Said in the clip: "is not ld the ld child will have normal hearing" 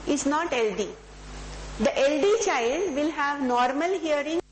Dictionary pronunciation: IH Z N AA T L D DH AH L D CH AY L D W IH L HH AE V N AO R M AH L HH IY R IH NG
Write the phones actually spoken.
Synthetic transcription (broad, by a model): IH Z N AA T L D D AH L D CH AY L D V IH L HH AE V N AO R M AH L HH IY R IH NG